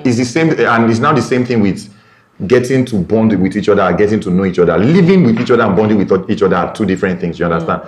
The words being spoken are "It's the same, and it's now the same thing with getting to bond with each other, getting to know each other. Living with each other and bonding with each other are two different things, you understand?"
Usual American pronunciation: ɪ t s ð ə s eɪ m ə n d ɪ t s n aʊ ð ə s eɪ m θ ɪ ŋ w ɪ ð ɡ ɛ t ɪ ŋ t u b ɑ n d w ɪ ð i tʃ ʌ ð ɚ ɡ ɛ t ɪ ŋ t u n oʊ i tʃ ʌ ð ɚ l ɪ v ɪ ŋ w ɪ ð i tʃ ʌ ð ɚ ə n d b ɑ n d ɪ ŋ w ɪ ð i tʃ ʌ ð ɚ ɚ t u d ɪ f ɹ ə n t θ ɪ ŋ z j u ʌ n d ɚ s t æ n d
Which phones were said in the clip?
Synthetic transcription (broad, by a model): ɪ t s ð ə s eɪ m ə n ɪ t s n aʊ ð ə s eɪ m θ ɪ ŋ w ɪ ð ɡ ɛ t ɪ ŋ t u b ɑ n d w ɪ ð i tʃ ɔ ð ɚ ɡ ɛ t ɪ ŋ t u n oʊ i tʃ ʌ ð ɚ l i v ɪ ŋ w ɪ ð i tʃ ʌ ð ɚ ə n b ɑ n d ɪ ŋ w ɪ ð i tʃ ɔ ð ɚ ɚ t u d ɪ f ɹ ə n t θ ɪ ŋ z j u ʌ n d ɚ s t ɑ n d